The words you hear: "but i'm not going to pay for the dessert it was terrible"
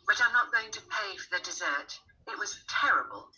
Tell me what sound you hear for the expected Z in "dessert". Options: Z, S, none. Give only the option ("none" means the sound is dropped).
Z